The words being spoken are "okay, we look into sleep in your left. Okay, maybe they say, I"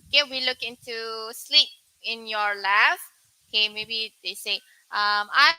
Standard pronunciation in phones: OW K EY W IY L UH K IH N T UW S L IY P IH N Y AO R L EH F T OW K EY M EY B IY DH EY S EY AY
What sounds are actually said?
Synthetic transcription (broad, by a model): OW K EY W IY L UH K IH N T UW S L IY P IH N Y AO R L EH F OW K EY M EY B IY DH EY S EY AY